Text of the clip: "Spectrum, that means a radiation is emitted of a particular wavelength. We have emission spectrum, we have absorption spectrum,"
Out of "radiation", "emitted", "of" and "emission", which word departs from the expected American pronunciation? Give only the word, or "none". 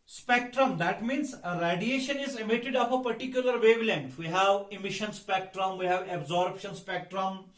of